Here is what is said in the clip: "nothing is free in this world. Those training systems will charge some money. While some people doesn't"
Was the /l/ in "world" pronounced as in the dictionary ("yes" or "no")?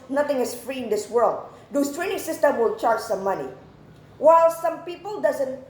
yes